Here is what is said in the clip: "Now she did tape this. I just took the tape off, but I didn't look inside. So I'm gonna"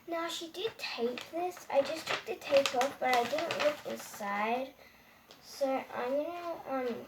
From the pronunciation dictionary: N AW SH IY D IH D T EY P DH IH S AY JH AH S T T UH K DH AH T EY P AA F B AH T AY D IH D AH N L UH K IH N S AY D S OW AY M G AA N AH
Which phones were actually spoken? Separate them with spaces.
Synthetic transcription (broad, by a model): N AW SH IY D IH D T EY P DH IH S AY JH AH S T T UH K DH AH T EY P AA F B AH T AY D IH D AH N L UH K IH N S AY D S OW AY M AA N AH